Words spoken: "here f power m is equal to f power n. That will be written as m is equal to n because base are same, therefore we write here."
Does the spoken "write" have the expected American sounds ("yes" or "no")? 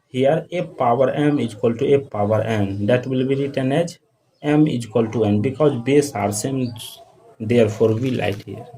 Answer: no